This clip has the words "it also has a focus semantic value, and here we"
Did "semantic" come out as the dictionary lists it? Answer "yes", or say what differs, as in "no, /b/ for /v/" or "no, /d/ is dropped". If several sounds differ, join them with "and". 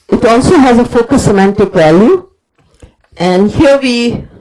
yes